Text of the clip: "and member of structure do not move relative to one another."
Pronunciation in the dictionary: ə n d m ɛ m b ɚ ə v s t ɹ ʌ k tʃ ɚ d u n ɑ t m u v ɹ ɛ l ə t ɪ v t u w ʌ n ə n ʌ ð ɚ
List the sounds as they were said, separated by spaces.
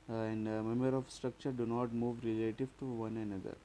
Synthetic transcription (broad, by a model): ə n d m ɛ m ɚ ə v s t ɹ ʌ k tʃ ɚ d u n ɑ t m u v ɹ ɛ l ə t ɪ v t u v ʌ n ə n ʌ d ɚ